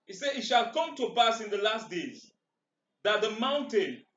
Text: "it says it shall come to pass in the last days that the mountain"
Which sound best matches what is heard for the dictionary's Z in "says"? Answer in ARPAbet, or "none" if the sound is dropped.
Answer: none